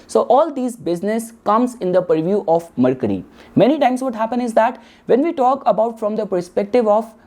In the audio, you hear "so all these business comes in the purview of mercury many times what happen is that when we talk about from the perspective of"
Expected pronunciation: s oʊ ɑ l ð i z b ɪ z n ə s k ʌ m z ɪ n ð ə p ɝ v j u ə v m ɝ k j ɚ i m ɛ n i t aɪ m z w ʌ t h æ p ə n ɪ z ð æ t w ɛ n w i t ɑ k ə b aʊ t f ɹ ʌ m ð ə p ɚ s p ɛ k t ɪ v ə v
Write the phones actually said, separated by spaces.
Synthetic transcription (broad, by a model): s oʊ ɑ l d i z b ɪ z n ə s k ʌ m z ɪ n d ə p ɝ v j u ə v m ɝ k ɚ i m ɛ n i t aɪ m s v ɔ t h æ p ə n ɪ z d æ t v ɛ n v i t ɑ k ə b aʊ t f ɹ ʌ m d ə p ɚ s p ɛ k t ɪ v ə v